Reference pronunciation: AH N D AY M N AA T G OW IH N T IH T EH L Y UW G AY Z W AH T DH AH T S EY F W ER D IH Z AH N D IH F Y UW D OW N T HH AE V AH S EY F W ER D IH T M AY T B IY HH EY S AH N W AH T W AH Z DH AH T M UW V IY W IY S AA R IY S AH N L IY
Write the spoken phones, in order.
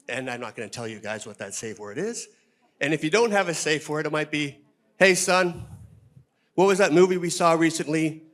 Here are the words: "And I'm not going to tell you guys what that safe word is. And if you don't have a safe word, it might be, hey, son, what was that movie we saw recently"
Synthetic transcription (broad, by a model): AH N AY M N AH T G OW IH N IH T EH L Y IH G AY Z W AH T DH AH T S EY F W ER D IH Z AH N IH F Y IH D OW N T HH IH V AH S EY F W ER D IH T M AY T B IY HH EY S AH N W AH T W AH Z DH AH T M UW V IY W IY S AA R IY S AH N L IY